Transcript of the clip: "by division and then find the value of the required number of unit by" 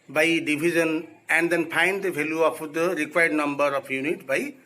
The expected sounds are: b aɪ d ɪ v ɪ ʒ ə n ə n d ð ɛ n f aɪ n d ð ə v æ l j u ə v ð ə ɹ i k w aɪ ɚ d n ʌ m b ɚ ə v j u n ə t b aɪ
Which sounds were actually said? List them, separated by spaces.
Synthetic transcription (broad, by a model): b aɪ d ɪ b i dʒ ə n ə n d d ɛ n p aɪ n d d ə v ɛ l j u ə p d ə ɹ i k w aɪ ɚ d n ʌ m b ɚ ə p j u n ə t b aɪ